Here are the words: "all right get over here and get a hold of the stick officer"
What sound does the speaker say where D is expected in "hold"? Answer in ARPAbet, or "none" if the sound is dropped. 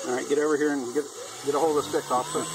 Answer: none